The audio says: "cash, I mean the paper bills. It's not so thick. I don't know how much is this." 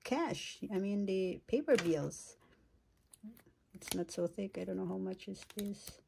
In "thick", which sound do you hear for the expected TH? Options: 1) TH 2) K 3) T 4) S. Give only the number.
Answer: 1